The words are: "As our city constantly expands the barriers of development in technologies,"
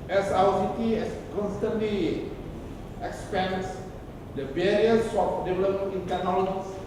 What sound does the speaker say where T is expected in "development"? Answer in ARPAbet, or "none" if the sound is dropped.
none